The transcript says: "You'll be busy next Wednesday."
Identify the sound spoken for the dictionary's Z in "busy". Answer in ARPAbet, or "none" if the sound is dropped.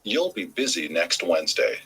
Z